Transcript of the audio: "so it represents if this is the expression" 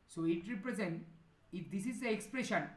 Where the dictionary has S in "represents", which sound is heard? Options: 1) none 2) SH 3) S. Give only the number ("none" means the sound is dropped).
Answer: 1